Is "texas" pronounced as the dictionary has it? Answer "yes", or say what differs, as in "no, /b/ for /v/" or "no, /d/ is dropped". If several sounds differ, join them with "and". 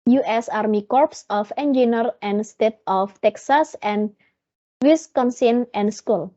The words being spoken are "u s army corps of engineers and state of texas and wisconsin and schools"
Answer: yes